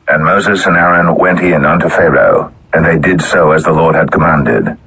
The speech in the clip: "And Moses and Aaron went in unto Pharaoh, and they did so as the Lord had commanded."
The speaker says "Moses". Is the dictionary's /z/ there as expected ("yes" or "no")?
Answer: yes